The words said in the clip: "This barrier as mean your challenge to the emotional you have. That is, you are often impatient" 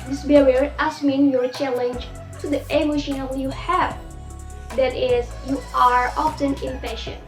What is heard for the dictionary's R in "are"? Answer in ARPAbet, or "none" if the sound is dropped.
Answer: R